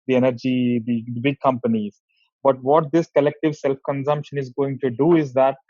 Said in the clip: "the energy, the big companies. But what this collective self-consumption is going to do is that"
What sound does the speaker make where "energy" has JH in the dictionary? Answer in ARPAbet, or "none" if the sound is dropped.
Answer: JH